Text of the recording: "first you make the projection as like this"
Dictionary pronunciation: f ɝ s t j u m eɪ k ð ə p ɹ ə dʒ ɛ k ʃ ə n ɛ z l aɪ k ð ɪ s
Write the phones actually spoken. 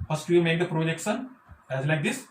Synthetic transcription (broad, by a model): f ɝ s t j u m eɪ k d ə p ɹ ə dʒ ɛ k s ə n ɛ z l aɪ k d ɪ s